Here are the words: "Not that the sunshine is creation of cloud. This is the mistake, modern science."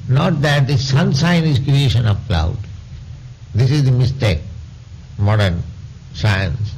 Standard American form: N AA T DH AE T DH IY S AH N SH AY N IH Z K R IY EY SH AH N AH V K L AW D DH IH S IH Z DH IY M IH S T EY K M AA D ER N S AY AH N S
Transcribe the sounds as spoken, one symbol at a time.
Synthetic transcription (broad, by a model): N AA T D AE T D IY S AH N S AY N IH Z K R IY EY SH AH N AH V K L AW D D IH S IH Z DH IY M IH S T EY K M AA D ER N S AY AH N S